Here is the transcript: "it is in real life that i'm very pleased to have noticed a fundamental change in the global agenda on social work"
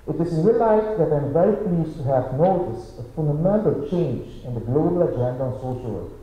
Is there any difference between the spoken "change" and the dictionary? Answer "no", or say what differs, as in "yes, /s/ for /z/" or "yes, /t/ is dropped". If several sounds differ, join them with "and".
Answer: no